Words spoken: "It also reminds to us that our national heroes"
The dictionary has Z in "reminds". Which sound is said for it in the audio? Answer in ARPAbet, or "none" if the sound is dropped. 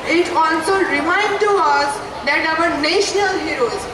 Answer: none